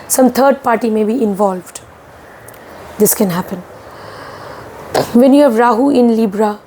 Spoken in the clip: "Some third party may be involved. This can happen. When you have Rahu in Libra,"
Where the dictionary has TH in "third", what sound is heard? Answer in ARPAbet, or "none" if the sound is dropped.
T